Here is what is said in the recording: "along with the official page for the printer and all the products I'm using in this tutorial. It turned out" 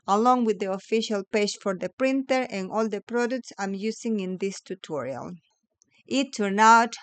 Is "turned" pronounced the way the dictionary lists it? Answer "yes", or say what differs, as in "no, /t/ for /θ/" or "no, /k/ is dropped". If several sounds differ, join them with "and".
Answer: no, /d/ is dropped